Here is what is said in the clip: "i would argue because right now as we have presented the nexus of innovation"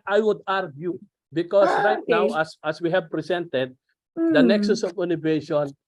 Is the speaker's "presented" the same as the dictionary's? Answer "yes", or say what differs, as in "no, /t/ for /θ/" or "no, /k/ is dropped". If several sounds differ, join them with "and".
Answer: no, /s/ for /z/